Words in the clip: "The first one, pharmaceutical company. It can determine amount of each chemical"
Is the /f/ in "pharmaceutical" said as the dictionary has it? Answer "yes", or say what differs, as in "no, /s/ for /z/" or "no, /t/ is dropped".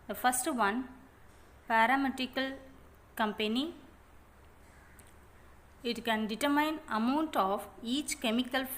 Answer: no, /p/ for /f/